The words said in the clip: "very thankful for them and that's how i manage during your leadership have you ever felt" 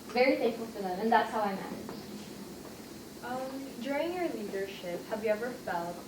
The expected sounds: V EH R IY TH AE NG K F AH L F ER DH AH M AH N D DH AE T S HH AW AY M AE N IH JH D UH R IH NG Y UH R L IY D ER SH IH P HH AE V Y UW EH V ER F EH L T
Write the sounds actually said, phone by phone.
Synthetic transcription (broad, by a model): V EH R IY F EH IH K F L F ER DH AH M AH N DH AE T S HH AW AY M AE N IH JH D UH R IH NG Y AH R L IY D ER SH IH P HH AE V Y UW EH V ER F EH L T